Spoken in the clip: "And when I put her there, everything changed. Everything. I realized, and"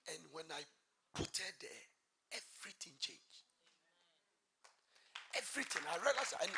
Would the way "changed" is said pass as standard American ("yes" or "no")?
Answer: no